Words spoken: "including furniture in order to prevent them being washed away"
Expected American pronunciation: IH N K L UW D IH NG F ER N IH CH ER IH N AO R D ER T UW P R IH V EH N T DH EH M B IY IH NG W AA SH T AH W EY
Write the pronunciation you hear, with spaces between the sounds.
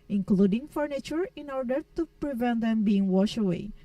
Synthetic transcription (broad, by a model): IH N K L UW D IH NG F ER N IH CH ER IH N AO R D ER T UW P R IH V EH N T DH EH M B IY IH NG W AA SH AH W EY